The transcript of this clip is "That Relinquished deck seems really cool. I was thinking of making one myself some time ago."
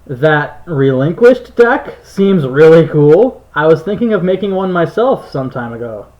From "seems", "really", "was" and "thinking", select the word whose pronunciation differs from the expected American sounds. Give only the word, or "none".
none